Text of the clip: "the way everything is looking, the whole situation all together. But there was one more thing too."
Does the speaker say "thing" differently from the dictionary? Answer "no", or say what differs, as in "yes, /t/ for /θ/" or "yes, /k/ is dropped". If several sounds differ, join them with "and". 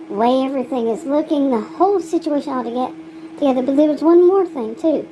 no